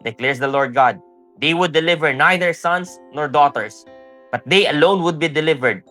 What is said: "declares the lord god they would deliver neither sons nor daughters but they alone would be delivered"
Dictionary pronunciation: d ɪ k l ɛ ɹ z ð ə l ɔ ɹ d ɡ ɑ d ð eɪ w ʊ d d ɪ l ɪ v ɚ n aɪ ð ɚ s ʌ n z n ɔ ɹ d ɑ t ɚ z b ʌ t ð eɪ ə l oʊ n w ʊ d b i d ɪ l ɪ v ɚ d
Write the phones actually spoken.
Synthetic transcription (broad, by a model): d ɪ k l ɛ ɹ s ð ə l ɔ ɹ d ɡ ɑ d eɪ w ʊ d d ɪ l ɪ v ɚ n aɪ ð ɚ s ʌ n s n ɔ ɹ d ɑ t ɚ s b ʌ t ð eɪ ə l oʊ n w ʊ d b i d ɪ l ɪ v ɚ d